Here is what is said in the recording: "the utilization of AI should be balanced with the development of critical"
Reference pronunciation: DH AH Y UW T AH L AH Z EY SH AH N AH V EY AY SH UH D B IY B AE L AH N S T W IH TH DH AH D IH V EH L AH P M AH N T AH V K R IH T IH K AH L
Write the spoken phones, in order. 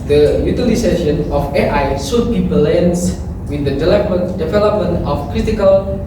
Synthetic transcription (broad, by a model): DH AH Y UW T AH L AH S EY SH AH N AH F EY AY S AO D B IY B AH L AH N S W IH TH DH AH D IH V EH L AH P M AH N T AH F K R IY T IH K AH L